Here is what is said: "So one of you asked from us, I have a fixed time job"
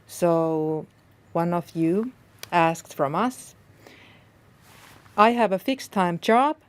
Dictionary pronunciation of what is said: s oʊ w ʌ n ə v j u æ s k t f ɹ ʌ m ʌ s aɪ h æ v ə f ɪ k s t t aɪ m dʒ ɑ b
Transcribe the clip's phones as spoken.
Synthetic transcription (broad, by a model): s oʊ w ʌ n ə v j u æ s k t f ɹ ʌ m ʌ s aɪ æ v ə f ɪ k s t t aɪ m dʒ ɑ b